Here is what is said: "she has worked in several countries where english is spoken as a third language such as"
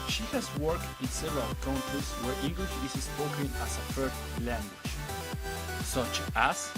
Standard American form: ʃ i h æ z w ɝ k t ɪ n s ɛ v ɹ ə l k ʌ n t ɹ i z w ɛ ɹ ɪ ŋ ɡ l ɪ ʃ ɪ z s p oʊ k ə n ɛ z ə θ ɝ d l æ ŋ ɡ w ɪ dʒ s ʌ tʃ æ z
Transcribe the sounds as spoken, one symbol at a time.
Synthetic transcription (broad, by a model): ʃ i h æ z w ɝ k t ɪ n s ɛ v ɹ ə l k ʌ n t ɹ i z w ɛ ɹ ɪ ŋ ɡ l ɪ ʃ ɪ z s p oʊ k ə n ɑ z ə f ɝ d l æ ŋ ɡ w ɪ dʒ s ʌ tʃ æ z